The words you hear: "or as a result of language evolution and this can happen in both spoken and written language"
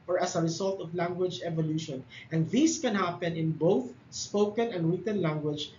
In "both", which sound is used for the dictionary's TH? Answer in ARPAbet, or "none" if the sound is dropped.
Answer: TH